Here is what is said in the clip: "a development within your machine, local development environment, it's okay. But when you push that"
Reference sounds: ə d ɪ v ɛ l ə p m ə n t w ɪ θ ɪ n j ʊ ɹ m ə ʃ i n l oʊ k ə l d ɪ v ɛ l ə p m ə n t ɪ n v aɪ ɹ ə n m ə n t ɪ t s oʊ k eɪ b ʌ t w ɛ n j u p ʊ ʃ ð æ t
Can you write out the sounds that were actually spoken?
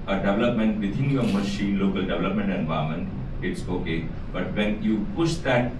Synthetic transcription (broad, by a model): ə d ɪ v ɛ l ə p m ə n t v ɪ t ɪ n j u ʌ m ə ʃ i n l oʊ k ə l d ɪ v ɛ l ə p m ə n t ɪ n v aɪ ə m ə n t ɪ t s oʊ k eɪ b ʌ t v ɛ n j u p ʊ ʃ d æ t